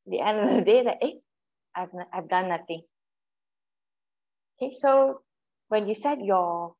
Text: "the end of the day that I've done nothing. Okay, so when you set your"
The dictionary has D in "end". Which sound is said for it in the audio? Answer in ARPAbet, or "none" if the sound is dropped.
D